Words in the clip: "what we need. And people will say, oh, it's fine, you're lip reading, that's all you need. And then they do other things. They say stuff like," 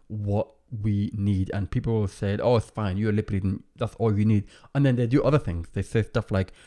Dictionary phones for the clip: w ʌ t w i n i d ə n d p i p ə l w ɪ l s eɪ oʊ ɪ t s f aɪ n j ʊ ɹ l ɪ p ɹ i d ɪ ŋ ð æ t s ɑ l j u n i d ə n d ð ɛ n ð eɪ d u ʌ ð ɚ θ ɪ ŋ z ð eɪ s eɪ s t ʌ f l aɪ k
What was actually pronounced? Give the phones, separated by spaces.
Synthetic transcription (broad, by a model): w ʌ t w i n i d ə n p i p l w ɪ l s eɪ oʊ ɪ t s f aɪ n j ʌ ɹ l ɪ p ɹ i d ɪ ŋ ð æ t s ɑ l j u n i d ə n ð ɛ n ð eɪ d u ʌ ð ɚ θ ɪ ŋ z ð eɪ s eɪ s t ʌ f l aɪ k